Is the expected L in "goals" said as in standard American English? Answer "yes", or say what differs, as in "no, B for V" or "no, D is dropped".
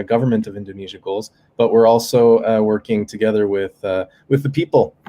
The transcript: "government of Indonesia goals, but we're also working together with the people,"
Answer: yes